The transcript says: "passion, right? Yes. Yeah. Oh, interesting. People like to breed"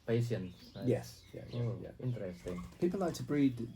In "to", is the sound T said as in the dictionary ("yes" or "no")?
yes